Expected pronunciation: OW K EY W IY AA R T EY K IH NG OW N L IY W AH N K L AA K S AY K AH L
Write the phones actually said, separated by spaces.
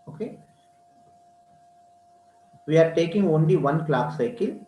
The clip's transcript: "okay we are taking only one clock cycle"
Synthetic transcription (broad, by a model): OW K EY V IY AA R T EY K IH NG OW N L IY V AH N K L AA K S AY K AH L